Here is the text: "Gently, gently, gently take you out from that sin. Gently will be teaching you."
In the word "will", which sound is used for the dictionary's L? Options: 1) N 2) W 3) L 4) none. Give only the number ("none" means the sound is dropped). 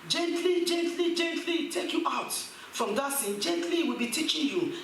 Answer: 3